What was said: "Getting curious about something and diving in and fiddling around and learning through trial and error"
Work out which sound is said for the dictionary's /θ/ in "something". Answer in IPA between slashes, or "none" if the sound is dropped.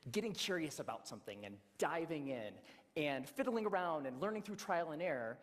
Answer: /θ/